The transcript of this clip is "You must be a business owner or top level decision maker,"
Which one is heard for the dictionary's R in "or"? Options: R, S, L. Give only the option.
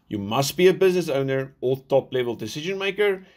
L